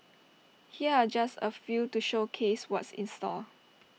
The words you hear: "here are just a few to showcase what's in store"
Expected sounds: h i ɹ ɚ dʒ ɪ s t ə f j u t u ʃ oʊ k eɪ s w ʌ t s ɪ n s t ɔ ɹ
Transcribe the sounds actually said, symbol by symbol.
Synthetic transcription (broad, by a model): h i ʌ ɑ dʒ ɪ s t ə f j u t u ʃ oʊ k eɪ s w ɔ t s ɪ n s t ɔ l